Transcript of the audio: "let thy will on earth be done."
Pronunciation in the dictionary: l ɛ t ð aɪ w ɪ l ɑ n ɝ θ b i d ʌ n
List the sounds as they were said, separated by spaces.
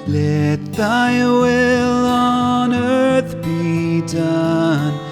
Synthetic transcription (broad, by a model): l ɛ t ð aɪ w ɪ l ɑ n ɝ θ b i d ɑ n